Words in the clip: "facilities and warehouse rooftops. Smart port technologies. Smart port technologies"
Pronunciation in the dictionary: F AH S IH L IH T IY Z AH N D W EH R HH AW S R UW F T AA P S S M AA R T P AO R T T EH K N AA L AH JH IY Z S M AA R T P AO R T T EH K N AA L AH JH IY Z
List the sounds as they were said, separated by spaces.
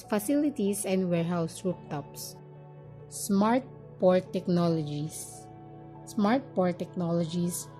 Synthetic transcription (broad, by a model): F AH S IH L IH T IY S AH N D W EH R HH AW S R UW P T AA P S S M AA R T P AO R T T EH K N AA L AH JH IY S S M AA R T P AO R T T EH K N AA L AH JH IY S